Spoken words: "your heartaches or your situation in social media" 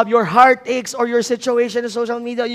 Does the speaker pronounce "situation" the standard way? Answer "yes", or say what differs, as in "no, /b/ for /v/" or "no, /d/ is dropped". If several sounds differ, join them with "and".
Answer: yes